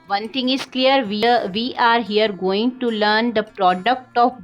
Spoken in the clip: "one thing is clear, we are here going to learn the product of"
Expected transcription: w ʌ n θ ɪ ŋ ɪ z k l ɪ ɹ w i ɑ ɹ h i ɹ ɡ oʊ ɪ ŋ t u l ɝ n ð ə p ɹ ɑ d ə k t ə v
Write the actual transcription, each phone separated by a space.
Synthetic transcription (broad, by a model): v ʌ n t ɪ ŋ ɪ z k l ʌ ɹ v i ɑ ɹ h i ɹ ɡ oʊ ɪ ŋ t u l ɝ n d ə p ɹ ɑ d ə k t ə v